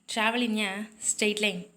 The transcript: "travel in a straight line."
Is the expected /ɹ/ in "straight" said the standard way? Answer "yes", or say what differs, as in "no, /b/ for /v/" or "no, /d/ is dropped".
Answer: no, /ɹ/ is dropped